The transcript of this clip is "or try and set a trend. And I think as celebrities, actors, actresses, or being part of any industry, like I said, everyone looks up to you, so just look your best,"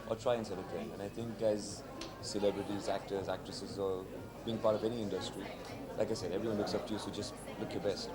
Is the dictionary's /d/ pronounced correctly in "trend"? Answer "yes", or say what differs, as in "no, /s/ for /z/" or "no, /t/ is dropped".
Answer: no, /d/ is dropped